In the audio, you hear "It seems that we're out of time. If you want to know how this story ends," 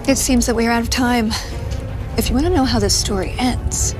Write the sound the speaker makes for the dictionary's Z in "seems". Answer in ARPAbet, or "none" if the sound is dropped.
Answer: Z